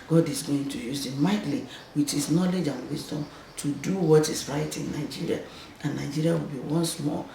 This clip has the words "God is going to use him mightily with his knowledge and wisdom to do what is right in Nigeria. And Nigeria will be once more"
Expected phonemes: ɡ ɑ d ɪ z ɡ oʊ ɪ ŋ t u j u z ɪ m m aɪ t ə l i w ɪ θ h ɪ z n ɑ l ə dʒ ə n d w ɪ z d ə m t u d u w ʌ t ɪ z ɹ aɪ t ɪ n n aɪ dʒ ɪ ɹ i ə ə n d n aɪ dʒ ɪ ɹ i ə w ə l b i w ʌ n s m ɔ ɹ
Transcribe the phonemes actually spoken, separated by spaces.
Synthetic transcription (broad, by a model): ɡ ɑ d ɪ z ɡ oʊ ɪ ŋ t u j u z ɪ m m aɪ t l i w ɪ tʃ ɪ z n ɑ l ə dʒ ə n w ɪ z d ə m t u d u w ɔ t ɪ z ɹ aɪ t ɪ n n aɪ dʒ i ɹ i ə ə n n aɪ dʒ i ɹ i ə w ə l b i w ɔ n s m ɔ